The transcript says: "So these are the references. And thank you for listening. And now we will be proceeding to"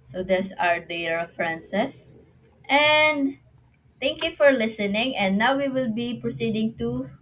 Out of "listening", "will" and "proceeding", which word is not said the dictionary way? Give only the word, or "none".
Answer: none